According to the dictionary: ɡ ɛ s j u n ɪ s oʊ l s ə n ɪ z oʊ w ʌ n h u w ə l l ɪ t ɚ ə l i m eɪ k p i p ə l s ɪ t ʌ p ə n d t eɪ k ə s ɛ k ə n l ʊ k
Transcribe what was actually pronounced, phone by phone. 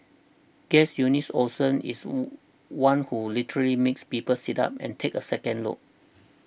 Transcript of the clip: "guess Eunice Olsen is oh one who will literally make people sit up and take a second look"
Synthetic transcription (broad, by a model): ɡ ɛ s j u n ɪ s oʊ s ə n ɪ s w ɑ n h u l l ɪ t ɚ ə l i m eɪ k p i p ə l s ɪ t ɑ p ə n t eɪ k ə s ɛ k ə n l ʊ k